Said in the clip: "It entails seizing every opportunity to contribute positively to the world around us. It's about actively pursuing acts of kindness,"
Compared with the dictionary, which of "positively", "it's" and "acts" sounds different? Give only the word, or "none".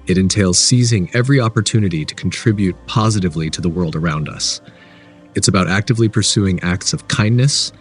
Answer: none